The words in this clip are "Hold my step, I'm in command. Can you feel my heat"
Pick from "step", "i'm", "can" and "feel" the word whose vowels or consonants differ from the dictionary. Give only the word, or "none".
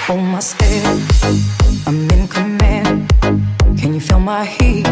step